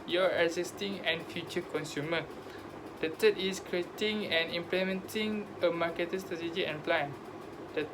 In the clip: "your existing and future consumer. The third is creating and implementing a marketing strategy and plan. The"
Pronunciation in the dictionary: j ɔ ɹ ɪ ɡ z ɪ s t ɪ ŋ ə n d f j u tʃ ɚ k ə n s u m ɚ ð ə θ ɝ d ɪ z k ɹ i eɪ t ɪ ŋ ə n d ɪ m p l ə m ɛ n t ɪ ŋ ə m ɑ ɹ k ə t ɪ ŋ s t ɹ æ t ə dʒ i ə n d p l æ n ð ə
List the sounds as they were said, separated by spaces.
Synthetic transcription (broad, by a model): j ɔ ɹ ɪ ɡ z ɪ s t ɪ ŋ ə n f j u tʃ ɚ k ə n s u m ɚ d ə t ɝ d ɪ s k ɹ i eɪ t ɪ ŋ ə n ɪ m p l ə m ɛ n t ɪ ŋ ə m ɑ k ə t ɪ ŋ s t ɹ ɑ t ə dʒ i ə n p l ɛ n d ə